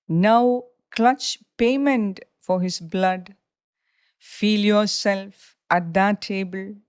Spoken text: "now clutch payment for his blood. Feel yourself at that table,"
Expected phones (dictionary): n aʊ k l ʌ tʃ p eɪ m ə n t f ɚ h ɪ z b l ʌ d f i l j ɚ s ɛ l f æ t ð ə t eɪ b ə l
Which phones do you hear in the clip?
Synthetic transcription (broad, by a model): n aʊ k l ʌ tʃ p eɪ m ə n t f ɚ h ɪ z b l ʌ d f i l j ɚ s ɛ l f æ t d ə t eɪ b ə l